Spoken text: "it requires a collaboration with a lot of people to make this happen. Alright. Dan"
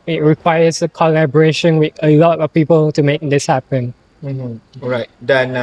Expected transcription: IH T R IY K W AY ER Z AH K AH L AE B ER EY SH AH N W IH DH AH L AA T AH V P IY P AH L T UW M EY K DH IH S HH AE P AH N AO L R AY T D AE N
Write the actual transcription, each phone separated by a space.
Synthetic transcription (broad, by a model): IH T R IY K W AY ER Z AH K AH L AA B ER EY SH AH N W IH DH AH L AA T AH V P IY P AH L T UW M EY K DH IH S HH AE P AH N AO R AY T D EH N